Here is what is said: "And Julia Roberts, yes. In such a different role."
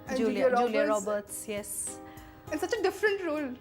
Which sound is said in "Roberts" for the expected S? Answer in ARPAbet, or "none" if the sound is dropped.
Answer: S